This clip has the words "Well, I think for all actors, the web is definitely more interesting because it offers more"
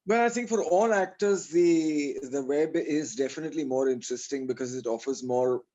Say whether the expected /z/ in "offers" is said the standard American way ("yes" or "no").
yes